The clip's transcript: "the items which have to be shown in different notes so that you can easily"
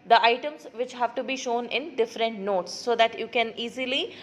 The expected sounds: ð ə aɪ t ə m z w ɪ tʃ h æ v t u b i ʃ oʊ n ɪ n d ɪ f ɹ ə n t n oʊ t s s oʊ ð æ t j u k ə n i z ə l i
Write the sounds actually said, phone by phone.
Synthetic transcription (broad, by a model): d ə aɪ t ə m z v ɪ tʃ h æ v t u b i ʃ oʊ n ɪ n d ɪ f ɹ ə n t n oʊ t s s oʊ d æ t j u k ə n i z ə l i